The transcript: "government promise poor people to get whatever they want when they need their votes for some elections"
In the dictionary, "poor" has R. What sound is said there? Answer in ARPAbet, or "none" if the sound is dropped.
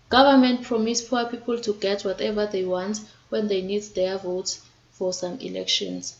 W